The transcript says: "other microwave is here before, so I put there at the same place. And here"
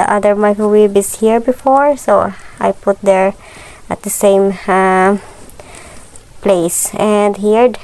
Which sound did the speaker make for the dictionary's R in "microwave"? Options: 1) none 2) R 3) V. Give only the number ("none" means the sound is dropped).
1